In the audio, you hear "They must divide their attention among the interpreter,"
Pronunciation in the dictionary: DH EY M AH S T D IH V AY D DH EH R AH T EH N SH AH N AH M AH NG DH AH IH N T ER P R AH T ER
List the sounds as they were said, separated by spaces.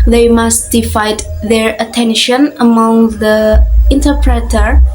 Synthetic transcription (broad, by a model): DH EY M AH S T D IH F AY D DH EH R AH T EH N SH AH N AH M AH NG DH AH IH N T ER P R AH T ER